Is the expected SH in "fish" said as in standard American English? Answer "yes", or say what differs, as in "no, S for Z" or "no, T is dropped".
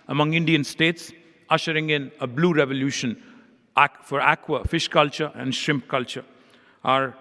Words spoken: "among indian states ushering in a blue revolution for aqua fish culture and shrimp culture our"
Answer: yes